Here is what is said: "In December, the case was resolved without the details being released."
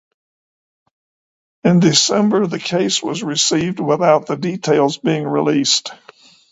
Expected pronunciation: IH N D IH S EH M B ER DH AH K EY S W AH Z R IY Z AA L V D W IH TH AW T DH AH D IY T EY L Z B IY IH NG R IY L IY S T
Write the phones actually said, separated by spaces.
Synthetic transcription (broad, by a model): IH N D IH S EH M B ER DH AH K EY S W AH Z R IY S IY V D W IH TH AW T DH AH D IY T EY L Z B IY IH NG R IY L IY S T